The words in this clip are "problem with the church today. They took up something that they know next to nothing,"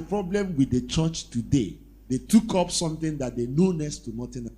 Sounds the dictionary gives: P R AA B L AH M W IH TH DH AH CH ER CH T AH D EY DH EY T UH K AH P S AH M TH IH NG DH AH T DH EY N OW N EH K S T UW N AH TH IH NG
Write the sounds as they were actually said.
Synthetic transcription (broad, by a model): P R AA B L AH M W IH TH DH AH CH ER CH T AH D EY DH EY T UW K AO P S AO M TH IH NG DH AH T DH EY N OW N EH S T UW N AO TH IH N